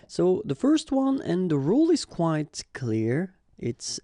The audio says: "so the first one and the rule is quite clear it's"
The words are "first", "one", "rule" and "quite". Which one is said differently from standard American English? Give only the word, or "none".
none